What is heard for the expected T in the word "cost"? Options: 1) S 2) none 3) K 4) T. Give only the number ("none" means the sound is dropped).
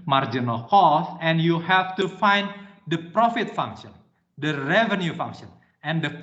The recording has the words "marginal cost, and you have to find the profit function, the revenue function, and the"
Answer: 2